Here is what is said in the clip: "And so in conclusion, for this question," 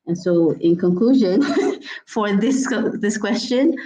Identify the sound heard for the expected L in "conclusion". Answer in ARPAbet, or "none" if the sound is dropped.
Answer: L